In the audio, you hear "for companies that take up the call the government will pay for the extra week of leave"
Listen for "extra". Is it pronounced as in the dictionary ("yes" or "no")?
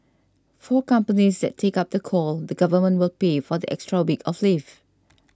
yes